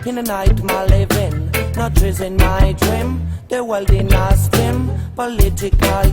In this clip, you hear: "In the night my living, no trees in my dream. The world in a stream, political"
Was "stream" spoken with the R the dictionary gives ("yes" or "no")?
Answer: no